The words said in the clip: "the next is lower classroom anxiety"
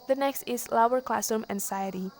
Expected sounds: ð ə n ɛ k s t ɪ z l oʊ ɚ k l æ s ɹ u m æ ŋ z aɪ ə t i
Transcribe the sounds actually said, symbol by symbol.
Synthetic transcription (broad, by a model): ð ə n ɛ k s t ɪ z l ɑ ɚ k l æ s u m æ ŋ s aɪ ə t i